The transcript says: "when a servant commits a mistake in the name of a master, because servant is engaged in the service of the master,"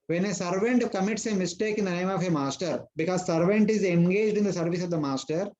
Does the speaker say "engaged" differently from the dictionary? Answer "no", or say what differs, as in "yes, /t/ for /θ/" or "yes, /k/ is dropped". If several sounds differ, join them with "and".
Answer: no